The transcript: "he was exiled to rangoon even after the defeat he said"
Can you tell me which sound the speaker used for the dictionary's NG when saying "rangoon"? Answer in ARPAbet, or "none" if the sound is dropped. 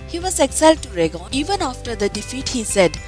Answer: none